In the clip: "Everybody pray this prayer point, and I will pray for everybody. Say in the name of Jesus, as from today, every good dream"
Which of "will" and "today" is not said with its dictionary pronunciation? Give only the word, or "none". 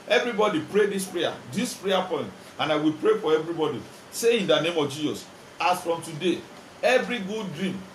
none